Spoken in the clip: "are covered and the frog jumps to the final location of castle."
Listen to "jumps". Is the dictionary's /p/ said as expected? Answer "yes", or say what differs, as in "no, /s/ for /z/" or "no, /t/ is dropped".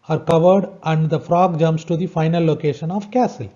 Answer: no, /p/ is dropped